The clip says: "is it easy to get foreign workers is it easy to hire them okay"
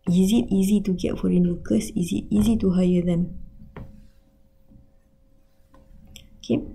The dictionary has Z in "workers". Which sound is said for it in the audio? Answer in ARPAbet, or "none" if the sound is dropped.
S